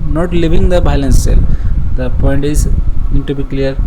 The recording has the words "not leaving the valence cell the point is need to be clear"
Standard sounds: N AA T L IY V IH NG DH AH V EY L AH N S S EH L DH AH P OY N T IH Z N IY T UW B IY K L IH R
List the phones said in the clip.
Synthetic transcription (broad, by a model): N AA T L IY V IH NG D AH B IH L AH N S S EH L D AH P OY N T IH Z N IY T UW B IY K L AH R